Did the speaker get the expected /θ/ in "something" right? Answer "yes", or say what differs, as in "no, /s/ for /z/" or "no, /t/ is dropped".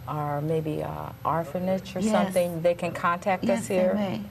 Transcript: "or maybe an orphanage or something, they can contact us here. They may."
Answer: yes